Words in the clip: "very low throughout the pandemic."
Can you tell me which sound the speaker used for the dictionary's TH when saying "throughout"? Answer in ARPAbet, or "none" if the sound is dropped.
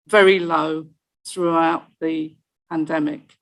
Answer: TH